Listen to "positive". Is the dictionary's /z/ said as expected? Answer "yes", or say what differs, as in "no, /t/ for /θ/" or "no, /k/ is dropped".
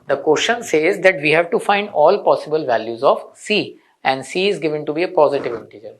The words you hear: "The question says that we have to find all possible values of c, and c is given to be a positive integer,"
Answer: yes